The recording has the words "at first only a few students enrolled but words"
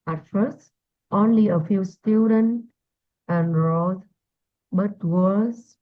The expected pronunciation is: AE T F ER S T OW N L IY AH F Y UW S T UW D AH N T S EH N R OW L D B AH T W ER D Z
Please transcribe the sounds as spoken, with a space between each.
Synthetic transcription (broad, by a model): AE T F ER S T OW N L IY AH F Y UW S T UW D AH N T EH N R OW D B AH T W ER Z